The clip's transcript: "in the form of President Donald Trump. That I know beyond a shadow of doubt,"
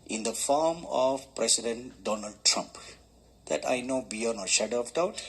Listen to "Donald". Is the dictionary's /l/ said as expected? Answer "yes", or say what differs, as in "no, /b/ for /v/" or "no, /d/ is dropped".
yes